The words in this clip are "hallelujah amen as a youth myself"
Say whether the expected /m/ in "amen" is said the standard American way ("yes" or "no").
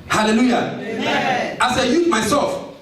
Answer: no